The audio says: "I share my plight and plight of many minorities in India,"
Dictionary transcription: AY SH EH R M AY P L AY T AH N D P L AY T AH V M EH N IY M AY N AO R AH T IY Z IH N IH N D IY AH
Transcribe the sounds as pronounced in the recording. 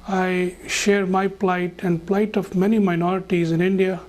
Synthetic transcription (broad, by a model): AY SH EH R M AY P L AY T AH N D P L AY T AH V M EH N IY M AY N AO R AH T IY Z IH N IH N D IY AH